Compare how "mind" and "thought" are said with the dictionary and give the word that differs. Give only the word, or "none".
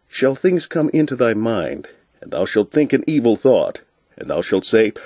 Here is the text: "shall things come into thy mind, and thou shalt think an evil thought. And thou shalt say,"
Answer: none